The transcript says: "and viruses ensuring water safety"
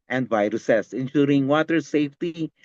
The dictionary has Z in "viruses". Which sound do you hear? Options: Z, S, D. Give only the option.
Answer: S